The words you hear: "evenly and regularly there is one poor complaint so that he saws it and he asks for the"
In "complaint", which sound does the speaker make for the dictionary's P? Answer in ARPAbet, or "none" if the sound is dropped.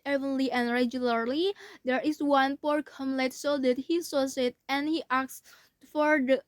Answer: none